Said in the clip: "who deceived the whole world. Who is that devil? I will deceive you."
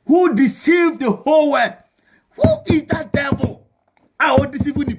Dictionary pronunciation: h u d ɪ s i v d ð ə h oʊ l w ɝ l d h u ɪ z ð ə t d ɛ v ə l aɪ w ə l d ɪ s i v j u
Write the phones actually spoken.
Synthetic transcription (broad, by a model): h u d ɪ s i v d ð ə h oʊ l w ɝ d h u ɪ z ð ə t d ɛ v ə l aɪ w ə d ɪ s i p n